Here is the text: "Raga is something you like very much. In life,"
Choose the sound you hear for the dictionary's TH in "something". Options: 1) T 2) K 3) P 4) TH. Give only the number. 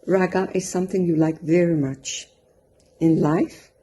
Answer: 4